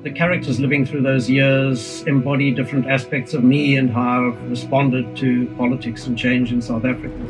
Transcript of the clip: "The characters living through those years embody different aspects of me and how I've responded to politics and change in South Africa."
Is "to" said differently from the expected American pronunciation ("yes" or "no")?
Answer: no